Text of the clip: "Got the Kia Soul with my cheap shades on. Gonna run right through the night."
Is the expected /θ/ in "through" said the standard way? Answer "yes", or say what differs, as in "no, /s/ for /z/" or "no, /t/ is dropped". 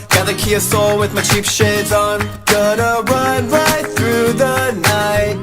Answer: yes